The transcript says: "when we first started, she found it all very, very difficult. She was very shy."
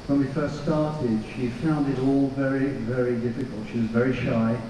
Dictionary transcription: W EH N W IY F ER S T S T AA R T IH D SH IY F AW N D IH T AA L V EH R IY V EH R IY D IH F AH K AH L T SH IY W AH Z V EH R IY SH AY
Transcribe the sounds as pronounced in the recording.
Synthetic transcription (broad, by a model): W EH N W IY F ER S T S T AA R T IH D SH IY F AW N D IH T AA L V EH R IY V EH R IY D IH F AH K AH L T SH IY W AH Z V EH R IY SH AY